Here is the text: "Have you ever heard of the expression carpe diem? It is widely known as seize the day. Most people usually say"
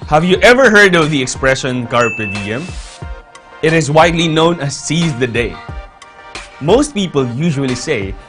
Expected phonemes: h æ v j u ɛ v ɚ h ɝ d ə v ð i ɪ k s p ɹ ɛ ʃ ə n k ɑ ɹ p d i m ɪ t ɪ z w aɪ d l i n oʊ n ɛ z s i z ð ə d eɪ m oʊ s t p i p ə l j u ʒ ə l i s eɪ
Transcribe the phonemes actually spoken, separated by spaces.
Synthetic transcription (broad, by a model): h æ v j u ɛ v ɚ h ɝ d ə v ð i ɪ k s p ɹ ɛ ʃ ə n k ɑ ɹ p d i m ɪ t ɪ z w aɪ d l i n oʊ n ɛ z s i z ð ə d eɪ m oʊ s t p i p ə l j u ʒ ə l i s eɪ